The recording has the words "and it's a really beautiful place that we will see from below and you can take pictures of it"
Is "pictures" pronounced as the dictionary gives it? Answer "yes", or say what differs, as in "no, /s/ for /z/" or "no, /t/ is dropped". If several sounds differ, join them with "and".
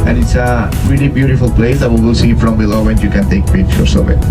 no, /s/ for /z/